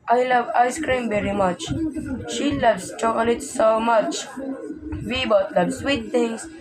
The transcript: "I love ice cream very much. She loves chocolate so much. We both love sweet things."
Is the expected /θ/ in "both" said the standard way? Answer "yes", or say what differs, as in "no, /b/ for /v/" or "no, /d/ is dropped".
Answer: no, /t/ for /θ/